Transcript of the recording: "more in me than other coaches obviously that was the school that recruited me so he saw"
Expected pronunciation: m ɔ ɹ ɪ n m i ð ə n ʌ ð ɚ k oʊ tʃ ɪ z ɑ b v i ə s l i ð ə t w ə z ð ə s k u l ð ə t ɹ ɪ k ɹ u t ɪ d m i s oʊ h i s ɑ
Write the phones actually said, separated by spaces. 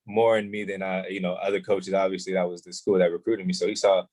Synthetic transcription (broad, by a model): m ɔ ɹ ɪ n m i ð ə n ʌ ð ɚ k oʊ tʃ ɪ z ɑ b v i ə s l i ð ə t w ə z ð ə s k u l ð ə t ɹ ɪ k ɹ u t ɪ d m i s oʊ h i s ɑ